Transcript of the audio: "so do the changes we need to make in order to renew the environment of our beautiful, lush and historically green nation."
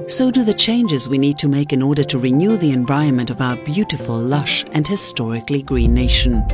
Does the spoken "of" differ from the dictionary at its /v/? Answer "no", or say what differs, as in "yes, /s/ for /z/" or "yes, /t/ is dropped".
no